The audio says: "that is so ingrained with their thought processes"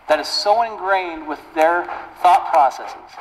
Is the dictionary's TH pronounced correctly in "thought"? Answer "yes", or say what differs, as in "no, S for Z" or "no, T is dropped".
yes